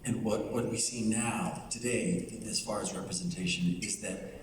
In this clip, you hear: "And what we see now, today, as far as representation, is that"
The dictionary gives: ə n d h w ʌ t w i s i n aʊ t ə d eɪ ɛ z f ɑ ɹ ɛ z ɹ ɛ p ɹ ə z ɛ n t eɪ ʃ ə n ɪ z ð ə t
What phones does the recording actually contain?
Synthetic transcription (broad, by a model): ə n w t w ʌ t w i s i n aʊ t ə d eɪ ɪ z f ɑ ɹ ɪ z ɹ ɛ p ɹ ə z ɛ n t eɪ ʃ ə n ɪ z ð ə t